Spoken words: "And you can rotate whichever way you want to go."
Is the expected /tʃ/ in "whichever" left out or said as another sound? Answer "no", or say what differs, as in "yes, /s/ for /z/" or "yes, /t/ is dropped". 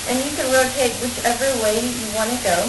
no